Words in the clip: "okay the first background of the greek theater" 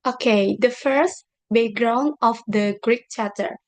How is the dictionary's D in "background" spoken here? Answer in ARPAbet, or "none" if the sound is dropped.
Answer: none